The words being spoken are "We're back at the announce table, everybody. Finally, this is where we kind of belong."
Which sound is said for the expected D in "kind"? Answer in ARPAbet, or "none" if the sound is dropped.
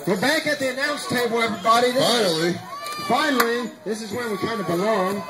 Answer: D